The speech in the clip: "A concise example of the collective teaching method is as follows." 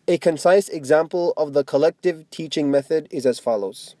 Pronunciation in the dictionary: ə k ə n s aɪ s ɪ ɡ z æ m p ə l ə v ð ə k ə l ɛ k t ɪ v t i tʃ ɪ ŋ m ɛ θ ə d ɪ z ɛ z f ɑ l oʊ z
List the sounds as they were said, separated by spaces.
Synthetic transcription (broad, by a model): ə k ə n s aɪ s ɪ ɡ z æ m p ə l ə v ð ə k ə l ɛ k t ɪ v t i tʃ ɪ ŋ m ɛ θ ə d ɪ z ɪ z f ɑ l oʊ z